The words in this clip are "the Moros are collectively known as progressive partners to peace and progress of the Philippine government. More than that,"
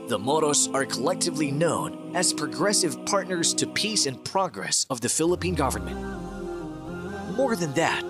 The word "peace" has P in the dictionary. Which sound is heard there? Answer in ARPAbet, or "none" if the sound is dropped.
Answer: P